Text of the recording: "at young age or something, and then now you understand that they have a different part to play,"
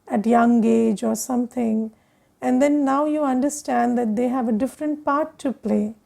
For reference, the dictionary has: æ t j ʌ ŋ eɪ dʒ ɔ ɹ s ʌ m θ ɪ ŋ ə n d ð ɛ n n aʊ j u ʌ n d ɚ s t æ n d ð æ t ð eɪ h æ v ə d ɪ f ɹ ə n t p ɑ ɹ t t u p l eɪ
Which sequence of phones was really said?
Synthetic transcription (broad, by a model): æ t j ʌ ŋ eɪ dʒ ɔ ɹ s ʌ m t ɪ ŋ ə n d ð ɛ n n aʊ j u ʌ n d ɚ s t æ n d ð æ t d eɪ h æ v ə d ɪ f ɹ ə n t p ɑ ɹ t t u p l eɪ